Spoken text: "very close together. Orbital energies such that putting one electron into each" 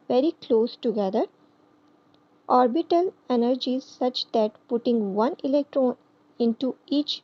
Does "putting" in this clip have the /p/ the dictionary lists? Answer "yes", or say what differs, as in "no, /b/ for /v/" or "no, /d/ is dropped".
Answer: yes